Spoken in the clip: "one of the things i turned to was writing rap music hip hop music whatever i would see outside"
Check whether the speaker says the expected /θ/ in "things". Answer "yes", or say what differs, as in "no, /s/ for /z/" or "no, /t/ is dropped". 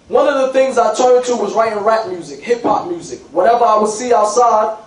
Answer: yes